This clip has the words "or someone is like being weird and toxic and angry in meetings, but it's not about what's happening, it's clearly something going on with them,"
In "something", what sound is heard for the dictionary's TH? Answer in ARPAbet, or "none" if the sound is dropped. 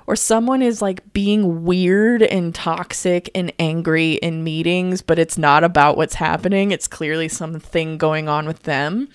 TH